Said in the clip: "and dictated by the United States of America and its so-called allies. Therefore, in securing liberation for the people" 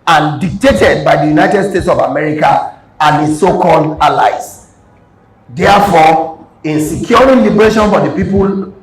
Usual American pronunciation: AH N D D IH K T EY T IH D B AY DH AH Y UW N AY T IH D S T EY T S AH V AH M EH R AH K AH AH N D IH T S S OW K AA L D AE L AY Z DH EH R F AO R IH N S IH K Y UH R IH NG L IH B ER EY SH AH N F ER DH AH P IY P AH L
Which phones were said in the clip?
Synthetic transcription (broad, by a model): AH N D D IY K T EY T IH D B AY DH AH Y UW N AY T IH D S T EY T S AH V AH M EH R AH K AH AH N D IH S S OW K AA L D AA L AY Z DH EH F AO IH N S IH K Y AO R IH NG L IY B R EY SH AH N F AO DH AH P IY P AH L